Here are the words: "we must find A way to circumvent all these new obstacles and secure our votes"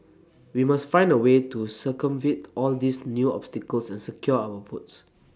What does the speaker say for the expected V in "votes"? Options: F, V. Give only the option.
F